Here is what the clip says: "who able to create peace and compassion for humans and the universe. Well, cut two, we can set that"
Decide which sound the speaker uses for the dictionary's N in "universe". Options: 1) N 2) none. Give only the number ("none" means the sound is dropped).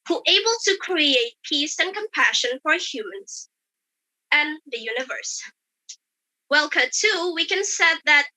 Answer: 1